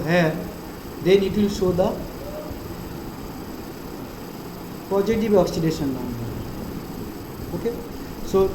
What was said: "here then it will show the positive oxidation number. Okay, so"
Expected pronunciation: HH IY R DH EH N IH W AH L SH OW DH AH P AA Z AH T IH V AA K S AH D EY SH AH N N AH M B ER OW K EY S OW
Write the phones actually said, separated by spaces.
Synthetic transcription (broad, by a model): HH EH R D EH N IH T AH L S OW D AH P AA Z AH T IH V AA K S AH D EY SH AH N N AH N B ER OW K EY S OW